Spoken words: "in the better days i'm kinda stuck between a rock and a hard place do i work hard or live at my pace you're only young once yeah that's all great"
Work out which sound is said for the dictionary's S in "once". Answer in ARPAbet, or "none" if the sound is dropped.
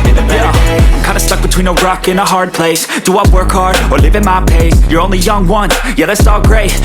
none